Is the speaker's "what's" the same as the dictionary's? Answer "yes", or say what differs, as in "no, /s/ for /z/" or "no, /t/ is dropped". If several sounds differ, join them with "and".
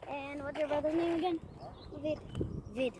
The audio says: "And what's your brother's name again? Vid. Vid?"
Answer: no, /s/ is dropped